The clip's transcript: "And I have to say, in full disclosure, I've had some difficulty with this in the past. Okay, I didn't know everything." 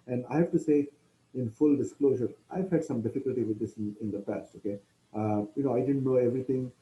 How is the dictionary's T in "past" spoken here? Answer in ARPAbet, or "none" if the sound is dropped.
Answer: T